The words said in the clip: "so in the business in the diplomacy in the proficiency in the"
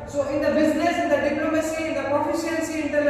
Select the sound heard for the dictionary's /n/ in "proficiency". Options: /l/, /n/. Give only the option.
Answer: /l/